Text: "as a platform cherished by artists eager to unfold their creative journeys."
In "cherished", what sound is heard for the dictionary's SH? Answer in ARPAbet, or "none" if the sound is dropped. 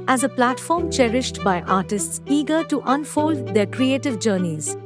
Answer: SH